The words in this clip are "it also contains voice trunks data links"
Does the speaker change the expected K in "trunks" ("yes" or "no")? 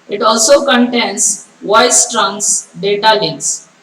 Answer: yes